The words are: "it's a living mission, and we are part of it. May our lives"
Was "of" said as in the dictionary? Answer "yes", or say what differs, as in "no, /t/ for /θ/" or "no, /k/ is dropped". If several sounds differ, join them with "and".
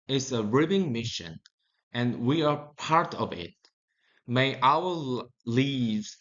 yes